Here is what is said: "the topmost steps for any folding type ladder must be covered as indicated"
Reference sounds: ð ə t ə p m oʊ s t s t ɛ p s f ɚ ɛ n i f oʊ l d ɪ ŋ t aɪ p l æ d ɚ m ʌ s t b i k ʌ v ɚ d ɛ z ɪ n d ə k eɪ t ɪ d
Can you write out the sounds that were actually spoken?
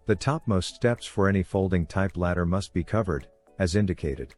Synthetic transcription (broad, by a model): ð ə t ə p m oʊ s t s t ɛ p s f ɚ ɛ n i f oʊ l d ɪ ŋ t aɪ p l æ d ɚ m ʌ s t b i k ʌ v ɚ d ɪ z ɪ n d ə k eɪ t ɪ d